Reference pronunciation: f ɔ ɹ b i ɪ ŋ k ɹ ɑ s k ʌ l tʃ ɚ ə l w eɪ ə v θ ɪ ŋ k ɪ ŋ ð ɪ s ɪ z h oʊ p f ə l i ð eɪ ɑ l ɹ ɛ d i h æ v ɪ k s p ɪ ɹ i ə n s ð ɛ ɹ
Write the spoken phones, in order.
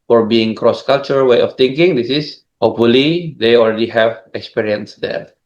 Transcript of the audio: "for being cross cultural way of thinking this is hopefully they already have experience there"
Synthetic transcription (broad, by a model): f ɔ ɹ b i ɪ ŋ k ɹ ɑ s k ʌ l tʃ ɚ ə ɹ w eɪ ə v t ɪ ŋ k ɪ ŋ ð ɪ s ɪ s h oʊ p f ə l i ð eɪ ɑ l ɹ ɛ d i h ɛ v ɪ k s p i ɹ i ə n s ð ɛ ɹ